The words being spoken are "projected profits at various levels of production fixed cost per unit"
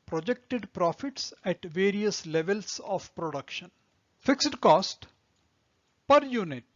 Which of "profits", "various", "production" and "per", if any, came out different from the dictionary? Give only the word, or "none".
none